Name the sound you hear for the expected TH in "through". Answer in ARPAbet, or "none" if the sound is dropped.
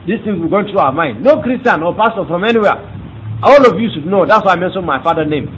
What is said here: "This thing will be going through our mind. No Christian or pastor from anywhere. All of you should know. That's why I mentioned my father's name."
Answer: T